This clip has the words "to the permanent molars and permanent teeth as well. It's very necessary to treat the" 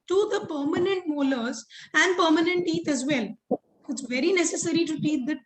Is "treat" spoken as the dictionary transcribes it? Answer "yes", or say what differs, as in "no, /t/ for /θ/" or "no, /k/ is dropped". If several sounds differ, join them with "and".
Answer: no, /ɹ/ is dropped